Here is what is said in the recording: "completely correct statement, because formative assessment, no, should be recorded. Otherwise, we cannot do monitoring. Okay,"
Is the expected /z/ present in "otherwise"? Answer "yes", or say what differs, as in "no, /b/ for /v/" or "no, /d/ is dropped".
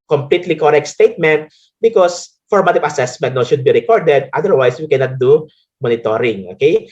no, /s/ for /z/